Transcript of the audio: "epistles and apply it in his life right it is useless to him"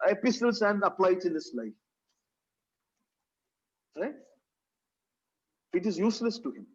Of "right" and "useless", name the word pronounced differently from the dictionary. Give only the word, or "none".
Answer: right